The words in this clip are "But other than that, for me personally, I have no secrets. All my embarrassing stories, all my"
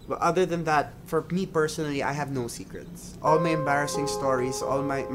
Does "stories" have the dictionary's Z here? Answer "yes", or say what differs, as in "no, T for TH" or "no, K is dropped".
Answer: no, S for Z